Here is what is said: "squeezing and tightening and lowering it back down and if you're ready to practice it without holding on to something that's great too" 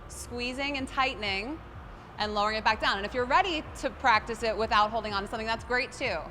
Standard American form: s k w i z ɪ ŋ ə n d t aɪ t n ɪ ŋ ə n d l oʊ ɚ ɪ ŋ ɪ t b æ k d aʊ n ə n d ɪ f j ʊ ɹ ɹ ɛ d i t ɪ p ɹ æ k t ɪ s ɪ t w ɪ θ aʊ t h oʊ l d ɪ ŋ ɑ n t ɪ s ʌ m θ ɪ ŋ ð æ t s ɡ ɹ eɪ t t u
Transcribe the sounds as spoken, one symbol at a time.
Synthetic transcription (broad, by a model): s k w i z ɪ ŋ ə n t aɪ t n ɪ ŋ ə n l oʊ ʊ ɪ ŋ ɪ t b æ k d aʊ n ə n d ɪ f j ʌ ɹ ɹ ɛ d i t ɪ p ɹ æ k t ɪ s ɪ t w ɪ θ aʊ t h oʊ l d ɪ ŋ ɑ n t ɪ s ʌ m θ ɪ ŋ ð æ t s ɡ ɹ eɪ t t u